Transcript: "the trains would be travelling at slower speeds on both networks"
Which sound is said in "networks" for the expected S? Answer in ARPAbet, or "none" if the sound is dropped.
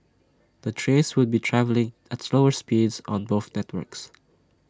S